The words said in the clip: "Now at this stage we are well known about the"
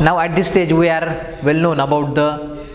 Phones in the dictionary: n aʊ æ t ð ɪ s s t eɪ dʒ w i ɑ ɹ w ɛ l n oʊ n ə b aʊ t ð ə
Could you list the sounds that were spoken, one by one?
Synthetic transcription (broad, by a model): n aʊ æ t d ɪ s s t eɪ dʒ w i ɑ ɹ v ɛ l n oʊ n ə b aʊ t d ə